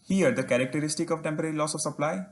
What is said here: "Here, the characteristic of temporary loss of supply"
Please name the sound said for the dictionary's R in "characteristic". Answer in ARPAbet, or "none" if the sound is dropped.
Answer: R